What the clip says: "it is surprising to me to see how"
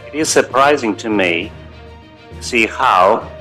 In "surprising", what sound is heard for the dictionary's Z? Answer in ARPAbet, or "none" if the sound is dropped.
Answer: Z